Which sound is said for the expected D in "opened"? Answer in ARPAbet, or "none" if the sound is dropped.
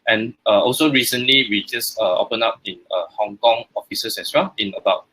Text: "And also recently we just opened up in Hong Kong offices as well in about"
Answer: none